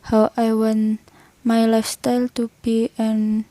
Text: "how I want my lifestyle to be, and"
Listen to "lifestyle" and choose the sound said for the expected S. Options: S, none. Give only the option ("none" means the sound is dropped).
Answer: S